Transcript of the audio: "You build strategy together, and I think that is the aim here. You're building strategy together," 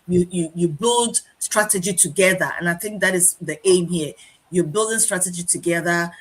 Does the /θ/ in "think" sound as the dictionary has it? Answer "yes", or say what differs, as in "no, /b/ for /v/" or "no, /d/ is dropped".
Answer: yes